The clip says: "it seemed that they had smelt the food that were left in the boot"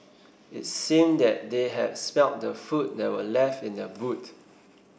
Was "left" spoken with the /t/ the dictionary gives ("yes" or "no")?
yes